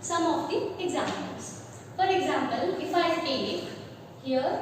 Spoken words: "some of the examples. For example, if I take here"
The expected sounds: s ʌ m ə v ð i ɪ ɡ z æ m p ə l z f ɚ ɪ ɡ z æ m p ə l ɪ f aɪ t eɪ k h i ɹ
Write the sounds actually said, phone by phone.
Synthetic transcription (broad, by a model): s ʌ m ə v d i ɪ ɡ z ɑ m ə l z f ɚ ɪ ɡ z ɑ m p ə l ɪ f aɪ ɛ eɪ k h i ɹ